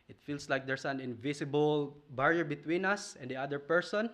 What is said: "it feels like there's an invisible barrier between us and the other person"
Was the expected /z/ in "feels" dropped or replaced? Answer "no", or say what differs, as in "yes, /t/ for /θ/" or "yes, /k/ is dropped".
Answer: yes, /s/ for /z/